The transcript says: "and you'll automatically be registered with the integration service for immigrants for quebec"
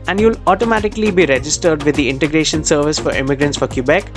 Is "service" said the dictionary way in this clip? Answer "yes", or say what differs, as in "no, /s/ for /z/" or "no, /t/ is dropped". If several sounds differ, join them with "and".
yes